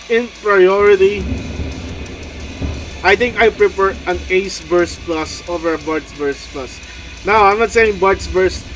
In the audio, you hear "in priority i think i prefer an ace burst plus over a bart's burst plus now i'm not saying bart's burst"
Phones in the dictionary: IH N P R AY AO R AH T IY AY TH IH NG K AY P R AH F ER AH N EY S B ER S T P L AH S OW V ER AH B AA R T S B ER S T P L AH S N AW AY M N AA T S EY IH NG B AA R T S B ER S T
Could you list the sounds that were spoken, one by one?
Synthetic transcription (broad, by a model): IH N P R AY AO R AH T IY AY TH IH NG K AY P R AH P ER AH N EY S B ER S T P L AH S OW V ER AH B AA R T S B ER S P L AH S N AW AY M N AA T S EY IH NG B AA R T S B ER S